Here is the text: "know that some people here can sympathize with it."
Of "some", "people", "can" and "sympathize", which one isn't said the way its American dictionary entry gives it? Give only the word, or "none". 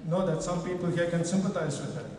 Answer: sympathize